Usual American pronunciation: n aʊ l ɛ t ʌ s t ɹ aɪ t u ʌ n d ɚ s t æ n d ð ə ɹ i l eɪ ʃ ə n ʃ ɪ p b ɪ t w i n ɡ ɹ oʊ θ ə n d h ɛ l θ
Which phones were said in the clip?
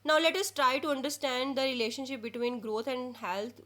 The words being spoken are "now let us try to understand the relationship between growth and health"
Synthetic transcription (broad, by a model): n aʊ l ɛ t ʌ s t ɹ aɪ t u ʌ n d ɚ s t æ n d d ə ɹ i l eɪ ʃ ə n ʃ ɪ p b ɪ t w i n ɡ ɹ oʊ t ə n d h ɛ l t